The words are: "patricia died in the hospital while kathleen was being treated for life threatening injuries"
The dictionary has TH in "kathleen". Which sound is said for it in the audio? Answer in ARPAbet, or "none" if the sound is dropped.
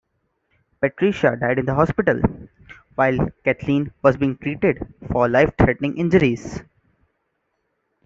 T